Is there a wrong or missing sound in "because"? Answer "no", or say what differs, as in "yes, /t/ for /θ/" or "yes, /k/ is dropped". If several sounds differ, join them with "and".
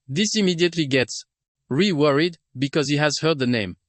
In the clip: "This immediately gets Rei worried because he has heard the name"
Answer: no